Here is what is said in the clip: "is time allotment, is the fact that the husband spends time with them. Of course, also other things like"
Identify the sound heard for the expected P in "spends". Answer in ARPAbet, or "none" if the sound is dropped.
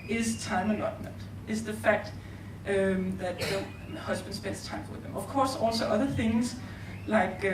B